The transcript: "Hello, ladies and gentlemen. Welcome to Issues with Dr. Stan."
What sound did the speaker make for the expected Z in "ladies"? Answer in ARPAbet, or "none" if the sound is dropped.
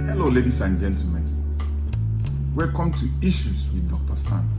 S